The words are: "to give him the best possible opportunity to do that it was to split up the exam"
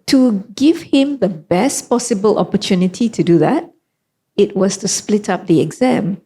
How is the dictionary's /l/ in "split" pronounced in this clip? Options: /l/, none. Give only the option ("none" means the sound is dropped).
/l/